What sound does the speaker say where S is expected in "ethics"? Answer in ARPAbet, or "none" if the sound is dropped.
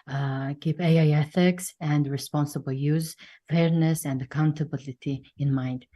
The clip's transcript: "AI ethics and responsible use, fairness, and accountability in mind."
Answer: S